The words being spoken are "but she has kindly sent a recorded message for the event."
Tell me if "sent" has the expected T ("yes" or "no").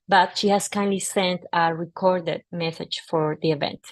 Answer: yes